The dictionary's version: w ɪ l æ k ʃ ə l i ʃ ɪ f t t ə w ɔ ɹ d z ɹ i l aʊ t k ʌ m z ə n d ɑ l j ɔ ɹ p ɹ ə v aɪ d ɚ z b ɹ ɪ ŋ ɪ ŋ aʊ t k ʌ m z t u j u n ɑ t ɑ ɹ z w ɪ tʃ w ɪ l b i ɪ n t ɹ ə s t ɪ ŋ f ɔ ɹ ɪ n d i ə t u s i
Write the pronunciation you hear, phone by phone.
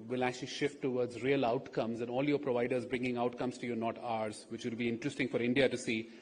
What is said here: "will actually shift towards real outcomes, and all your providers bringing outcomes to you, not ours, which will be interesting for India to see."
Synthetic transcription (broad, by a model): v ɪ l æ k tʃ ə l i ʃ ɪ f t t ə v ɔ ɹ d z ɹ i l aʊ t k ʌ m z ə n d ɑ l j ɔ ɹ p ɹ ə v aɪ d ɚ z b ɹ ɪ ŋ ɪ ŋ aʊ t k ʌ m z t u j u n ɑ t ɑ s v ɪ tʃ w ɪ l b i ɪ n t ɹ ə s t ɪ ŋ f ɔ ɹ ɪ n d i ə t u s i